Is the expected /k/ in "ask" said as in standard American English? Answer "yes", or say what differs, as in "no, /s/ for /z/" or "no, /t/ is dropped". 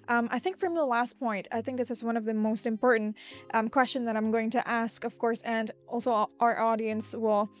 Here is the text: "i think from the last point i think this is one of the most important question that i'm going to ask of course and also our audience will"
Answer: yes